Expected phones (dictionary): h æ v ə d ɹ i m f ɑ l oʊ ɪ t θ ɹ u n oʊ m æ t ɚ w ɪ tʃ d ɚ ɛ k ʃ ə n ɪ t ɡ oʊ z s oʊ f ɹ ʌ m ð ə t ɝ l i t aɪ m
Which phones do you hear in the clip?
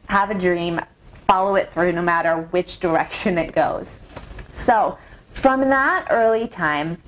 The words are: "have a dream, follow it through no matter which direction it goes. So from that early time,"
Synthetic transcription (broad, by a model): h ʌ v ə d ɹ i m f ɑ l oʊ ɪ t θ ɹ u n oʊ m æ t ɚ w ɪ tʃ d ɚ ɛ k ʃ ə n ɪ t ɡ oʊ z s oʊ f ɹ ʌ m ð ə t ɝ l i t aɪ m